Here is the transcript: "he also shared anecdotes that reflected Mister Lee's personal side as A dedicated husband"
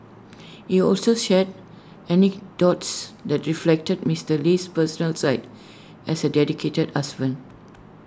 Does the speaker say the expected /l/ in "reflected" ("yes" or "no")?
yes